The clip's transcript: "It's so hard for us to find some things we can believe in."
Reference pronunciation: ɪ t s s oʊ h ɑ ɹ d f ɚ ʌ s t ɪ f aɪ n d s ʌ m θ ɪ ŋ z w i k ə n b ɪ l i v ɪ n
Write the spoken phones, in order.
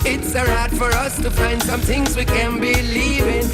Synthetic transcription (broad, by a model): ɪ t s s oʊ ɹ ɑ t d f ɚ ʌ s t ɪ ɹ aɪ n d s ʌ m θ ɪ ŋ z w i k ə n b ɪ l i v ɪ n